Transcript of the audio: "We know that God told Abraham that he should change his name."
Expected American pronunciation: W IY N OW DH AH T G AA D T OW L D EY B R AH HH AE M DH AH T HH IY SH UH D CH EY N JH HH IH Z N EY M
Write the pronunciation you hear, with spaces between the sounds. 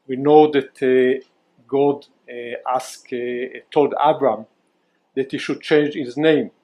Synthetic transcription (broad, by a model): W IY N OW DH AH T G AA D T OW L D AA B R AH M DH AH T HH IY SH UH D CH EY N JH HH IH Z N EY M